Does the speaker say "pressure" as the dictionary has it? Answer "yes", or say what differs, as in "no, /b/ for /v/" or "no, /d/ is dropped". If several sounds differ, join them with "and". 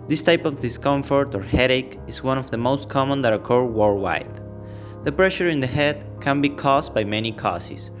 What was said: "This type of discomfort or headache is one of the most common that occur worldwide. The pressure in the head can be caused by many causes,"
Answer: yes